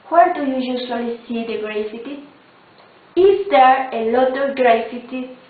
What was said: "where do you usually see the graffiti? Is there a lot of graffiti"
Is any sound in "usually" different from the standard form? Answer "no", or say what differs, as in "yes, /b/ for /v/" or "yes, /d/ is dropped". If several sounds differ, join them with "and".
yes, /s/ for /ʒ/